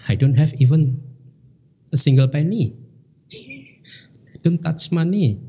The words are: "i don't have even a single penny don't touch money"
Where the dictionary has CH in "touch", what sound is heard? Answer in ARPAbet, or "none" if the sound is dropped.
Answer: S